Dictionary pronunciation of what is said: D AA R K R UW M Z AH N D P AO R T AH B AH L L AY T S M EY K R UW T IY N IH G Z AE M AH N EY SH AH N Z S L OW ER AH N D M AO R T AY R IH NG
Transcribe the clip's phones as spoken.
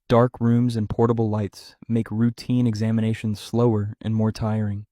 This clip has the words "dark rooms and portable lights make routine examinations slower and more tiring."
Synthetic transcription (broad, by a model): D AA R K R UW M Z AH N P AO R T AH B L L AY T S M EY K R UW T IY N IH G Z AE M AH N EY SH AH N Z S L OW ER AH N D M AO R T AY R IH NG